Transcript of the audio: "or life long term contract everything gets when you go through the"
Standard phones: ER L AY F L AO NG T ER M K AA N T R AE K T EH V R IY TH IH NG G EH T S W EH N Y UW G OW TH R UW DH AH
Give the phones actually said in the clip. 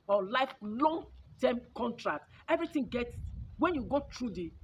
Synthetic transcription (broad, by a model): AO L AY F L AO NG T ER M K AA N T R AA K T EH V R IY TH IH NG G EH T S W EH N Y UW G OW T R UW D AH